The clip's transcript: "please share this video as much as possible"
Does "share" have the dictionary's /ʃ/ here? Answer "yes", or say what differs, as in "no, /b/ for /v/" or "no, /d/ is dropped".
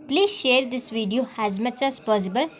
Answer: yes